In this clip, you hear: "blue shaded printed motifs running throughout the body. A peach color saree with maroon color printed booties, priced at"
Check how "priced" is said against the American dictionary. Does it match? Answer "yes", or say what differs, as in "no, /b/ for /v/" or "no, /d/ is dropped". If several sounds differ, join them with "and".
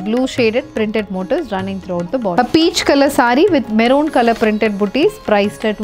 yes